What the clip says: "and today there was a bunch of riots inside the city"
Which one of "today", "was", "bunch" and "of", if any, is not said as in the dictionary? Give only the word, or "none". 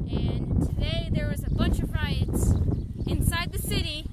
none